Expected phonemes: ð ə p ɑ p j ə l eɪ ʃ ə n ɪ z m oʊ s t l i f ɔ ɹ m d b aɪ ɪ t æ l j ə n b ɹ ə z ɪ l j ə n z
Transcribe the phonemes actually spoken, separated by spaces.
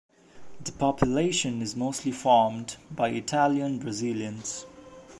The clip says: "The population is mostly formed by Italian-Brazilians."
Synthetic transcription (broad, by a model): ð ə p ɑ p j ə l eɪ ʃ ə n ɪ z m oʊ s t l i f ɔ ɹ m d b aɪ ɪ t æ l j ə n b ɹ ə z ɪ l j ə n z